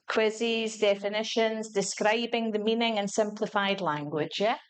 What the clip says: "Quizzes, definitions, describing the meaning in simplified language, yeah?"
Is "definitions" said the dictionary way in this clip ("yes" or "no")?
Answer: yes